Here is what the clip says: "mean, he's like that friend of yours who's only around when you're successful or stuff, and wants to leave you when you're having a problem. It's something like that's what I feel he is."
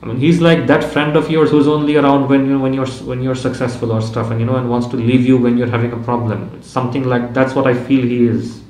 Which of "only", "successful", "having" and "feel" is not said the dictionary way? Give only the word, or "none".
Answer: none